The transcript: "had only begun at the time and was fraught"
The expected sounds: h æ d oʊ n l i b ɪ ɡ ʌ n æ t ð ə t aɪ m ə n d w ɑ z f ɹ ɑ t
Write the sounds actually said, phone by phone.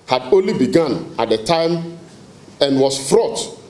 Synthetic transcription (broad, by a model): h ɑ d oʊ n l i b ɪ ɡ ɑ n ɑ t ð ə t aɪ m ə n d w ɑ s f ɹ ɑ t